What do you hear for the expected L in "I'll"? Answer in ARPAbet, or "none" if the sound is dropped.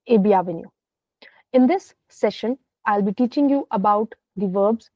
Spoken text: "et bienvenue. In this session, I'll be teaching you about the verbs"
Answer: L